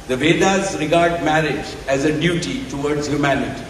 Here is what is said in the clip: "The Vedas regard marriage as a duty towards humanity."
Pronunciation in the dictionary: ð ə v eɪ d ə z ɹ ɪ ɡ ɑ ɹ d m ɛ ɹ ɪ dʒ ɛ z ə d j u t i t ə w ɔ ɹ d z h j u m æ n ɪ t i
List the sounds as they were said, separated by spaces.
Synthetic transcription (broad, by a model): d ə v eɪ d ə z ɹ ɪ ɡ ɑ ɹ d m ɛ ɹ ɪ dʒ ɛ z ə d j u t i t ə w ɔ ɹ d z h j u m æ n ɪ t i